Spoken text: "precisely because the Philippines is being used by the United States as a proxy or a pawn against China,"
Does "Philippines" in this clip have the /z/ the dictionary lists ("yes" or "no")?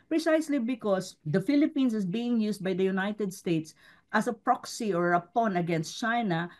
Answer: no